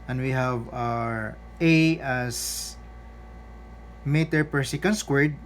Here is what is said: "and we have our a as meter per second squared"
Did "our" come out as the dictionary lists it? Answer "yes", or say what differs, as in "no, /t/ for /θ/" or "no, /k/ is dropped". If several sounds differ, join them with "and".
yes